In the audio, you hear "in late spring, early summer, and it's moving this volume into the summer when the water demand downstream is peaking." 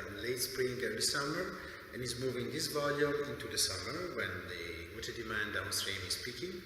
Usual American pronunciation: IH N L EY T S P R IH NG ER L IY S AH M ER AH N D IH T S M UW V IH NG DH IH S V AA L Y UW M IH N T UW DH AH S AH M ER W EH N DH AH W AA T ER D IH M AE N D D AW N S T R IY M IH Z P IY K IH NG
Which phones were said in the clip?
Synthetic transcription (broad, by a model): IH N L EY T S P R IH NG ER IY S AH M ER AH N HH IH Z M UW V IH NG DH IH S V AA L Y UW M IH N T UW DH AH S AH M ER W EH N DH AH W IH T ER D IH M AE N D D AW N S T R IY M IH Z P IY K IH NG